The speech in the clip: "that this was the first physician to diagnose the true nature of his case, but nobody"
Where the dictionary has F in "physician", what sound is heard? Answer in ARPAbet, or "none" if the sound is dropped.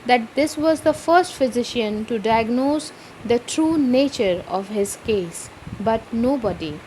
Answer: F